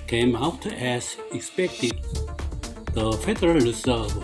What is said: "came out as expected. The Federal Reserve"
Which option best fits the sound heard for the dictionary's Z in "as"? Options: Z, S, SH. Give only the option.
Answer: S